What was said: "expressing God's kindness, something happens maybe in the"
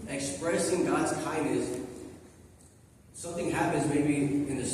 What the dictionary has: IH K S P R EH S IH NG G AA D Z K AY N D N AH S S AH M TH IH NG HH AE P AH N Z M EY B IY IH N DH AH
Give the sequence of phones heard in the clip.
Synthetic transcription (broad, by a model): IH K S P R EH S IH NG G AA D Z K AY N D N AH S S AH M TH IH NG HH AE P AH N Z M EY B IY IH N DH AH